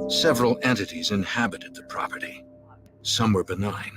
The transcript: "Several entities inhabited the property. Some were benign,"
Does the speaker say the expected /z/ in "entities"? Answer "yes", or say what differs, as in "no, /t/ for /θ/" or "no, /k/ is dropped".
yes